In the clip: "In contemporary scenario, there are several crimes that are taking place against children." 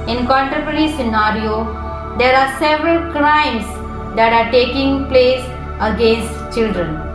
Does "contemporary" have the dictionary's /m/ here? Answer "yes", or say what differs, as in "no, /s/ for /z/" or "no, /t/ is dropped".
no, /m/ is dropped